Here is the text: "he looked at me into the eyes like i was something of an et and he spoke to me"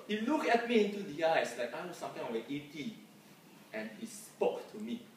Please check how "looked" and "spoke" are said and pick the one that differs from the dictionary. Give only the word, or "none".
looked